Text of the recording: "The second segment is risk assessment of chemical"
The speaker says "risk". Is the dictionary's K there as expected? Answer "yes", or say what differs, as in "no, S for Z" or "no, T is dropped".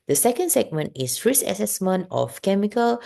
no, K is dropped